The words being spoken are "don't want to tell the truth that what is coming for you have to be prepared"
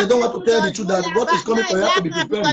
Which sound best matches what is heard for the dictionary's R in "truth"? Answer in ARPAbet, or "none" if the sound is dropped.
none